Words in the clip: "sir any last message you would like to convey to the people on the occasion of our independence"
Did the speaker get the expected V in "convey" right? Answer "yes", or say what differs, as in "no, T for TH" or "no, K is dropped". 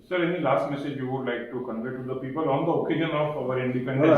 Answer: no, V is dropped